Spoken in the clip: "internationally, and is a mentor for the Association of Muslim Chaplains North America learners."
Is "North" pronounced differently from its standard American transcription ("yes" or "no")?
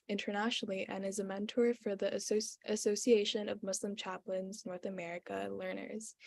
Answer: no